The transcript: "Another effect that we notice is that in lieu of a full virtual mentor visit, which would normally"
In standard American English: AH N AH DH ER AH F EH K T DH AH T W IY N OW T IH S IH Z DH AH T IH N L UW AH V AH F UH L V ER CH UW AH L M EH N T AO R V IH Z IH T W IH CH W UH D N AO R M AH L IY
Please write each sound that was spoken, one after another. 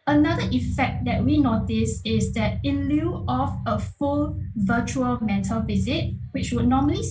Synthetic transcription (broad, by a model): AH N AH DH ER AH F EH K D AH T W IY N OW T IH S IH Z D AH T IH L UW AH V AH F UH L V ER CH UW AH L M EH T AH L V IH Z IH T W IH CH W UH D N AO M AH L IY